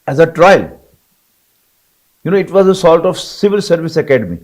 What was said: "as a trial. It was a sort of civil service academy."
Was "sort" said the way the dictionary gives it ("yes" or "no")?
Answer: no